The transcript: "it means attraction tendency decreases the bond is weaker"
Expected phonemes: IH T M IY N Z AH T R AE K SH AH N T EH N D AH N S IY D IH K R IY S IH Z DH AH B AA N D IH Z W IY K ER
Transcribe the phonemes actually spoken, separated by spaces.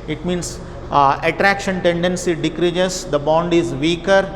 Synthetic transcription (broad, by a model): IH T M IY N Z AH T R AE K SH AH N T EH N D AH N S IY D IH K R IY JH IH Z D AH B AA N D IH Z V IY K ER